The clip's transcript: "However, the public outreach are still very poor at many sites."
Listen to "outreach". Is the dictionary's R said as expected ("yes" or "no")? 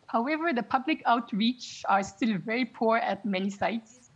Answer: yes